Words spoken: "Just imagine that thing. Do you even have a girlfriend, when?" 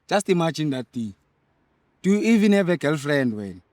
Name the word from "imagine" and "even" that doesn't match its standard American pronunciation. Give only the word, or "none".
imagine